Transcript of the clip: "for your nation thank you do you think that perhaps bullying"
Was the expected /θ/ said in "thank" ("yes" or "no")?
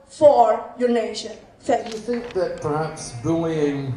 no